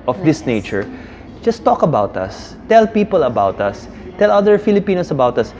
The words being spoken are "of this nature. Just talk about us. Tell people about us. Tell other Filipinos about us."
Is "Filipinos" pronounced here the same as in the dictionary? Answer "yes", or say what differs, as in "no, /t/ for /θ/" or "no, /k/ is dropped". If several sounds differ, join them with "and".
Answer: no, /s/ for /z/